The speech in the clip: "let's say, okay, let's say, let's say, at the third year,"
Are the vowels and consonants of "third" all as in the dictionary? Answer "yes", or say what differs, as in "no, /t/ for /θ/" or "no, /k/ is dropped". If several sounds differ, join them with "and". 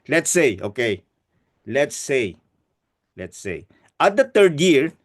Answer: no, /t/ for /θ/